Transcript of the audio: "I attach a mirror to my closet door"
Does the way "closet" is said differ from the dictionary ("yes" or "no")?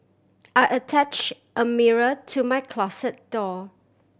yes